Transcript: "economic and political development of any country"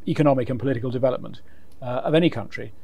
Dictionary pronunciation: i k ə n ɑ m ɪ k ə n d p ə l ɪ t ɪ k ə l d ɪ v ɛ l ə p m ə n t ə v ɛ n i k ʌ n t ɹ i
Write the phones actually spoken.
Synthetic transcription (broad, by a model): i k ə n ɑ m ɪ k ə n p ə l ɪ t ɪ k ə l d ɪ v ɛ l ə p m ə n t ə v ɛ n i k ʌ n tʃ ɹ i